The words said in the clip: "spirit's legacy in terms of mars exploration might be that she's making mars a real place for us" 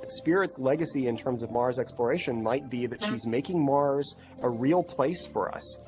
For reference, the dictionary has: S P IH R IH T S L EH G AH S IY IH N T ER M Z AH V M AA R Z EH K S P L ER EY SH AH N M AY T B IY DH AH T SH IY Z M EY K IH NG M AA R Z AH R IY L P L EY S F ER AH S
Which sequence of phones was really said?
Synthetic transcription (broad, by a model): S P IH R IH T S L EH G AH S IY IH N T ER M Z AH V M AA R Z EH K S P L ER EY SH AH N M AY T B IY DH AH T SH IY Z M EY K IH NG M AA R Z AH R IY L P L EY S F ER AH S